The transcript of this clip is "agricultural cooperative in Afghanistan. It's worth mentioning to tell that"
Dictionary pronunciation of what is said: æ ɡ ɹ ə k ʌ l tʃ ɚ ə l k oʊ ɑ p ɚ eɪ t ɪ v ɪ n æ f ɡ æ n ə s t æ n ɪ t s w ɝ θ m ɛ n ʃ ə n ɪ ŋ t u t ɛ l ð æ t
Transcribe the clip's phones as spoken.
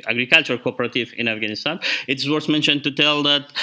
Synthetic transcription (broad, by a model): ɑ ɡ ɹ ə k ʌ l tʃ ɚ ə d k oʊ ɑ p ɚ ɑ t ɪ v ɪ n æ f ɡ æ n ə s t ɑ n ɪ t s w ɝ s m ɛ n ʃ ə n t u t ɛ l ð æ t